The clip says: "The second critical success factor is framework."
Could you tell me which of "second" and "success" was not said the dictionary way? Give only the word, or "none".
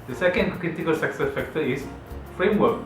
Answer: none